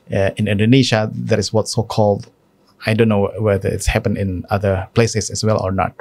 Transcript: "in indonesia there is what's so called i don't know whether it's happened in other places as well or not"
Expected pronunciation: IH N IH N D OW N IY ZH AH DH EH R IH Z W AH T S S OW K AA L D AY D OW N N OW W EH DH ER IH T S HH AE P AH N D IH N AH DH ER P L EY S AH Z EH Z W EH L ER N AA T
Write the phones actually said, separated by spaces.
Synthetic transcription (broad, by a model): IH N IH N D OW N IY SH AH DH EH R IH S W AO T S S OW K AA L D AY D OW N N OW W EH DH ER IH T S HH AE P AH N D IH N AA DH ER P L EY S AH S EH S W EH L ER N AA T